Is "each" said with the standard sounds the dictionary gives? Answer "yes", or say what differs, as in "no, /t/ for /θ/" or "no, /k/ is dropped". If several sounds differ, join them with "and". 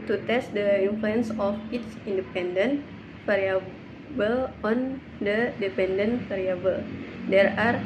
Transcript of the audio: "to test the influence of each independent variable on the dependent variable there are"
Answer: no, /s/ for /tʃ/